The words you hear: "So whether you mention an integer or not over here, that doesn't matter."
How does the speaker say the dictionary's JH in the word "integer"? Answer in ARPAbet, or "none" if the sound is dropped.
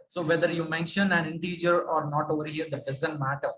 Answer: JH